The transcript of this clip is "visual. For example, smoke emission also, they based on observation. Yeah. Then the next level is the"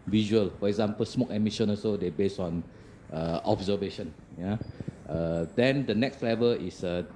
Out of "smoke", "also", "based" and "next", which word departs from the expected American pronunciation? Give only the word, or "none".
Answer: also